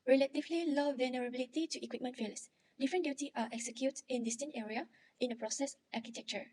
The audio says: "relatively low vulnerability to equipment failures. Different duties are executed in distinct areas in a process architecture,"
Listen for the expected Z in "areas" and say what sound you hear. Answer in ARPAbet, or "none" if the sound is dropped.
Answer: none